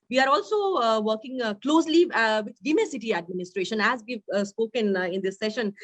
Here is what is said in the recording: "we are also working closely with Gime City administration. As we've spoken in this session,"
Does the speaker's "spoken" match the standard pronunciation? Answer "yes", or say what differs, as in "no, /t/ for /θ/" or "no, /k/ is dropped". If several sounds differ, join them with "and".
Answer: yes